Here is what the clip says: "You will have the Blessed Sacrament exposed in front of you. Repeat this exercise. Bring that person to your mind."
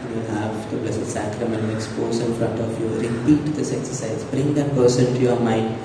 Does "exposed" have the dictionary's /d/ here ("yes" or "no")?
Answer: no